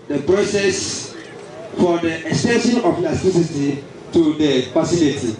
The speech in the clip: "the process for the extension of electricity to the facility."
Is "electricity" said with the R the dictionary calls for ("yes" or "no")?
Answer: no